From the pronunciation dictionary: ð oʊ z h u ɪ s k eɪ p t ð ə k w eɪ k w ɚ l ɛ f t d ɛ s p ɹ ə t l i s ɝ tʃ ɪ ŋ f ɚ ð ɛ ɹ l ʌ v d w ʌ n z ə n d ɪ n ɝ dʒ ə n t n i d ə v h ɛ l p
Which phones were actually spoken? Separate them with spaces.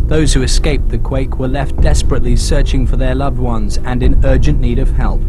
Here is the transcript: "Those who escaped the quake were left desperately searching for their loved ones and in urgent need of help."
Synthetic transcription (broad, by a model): ð oʊ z h u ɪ s k eɪ p ð ə k w eɪ k w ɚ l ɛ f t d ɛ s p ɹ ə t l i s ɝ tʃ ɪ ŋ f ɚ ð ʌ ɹ l ʌ v d w ʌ n z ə n ɪ n ɝ dʒ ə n n i d ə v h ɛ l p